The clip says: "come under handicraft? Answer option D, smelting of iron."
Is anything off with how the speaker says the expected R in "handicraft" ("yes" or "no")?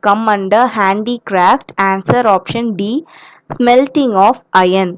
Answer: no